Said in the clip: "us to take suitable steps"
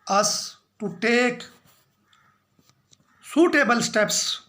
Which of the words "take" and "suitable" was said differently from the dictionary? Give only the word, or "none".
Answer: none